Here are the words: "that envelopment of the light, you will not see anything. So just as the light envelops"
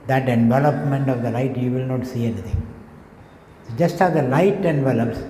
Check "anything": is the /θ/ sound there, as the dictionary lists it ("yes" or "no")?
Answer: no